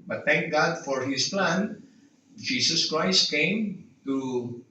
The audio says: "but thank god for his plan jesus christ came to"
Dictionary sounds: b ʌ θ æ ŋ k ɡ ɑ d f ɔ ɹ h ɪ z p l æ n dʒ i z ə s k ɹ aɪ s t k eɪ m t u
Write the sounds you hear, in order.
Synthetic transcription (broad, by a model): b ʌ t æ ŋ k ɡ ɑ d f ɔ ɹ h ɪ s p l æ n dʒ i s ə s k ɹ aɪ s t k eɪ m t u